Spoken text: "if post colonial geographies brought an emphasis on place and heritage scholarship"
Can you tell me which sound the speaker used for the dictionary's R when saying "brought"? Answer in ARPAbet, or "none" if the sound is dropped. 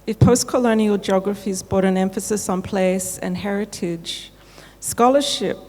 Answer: none